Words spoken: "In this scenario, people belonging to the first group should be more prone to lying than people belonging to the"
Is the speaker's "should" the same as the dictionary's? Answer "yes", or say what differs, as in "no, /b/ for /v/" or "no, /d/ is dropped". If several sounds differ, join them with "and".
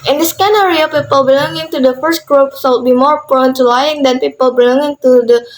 no, /s/ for /ʃ/